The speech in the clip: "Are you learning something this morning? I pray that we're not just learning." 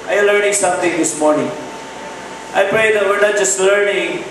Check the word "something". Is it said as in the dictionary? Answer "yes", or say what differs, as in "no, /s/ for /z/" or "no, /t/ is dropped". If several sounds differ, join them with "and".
no, /t/ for /θ/